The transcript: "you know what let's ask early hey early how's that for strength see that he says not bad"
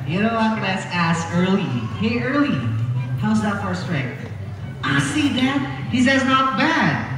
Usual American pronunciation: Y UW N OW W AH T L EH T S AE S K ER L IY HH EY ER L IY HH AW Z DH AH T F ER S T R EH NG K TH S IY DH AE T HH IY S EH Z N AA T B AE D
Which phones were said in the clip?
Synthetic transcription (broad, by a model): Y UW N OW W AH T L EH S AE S ER L IY HH EY ER L IY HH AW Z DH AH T F ER S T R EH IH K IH S IY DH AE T HH IY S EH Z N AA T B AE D